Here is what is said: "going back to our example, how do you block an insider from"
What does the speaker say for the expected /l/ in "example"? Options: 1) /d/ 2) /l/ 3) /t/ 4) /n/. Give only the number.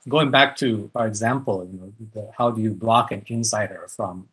4